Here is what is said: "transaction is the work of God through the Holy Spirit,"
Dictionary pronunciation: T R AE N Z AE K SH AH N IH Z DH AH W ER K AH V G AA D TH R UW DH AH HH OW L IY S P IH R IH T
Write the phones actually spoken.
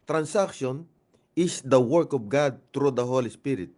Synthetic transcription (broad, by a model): T R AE N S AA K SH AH N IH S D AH W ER K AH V G AA D T R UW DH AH HH OW L IY S P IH R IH T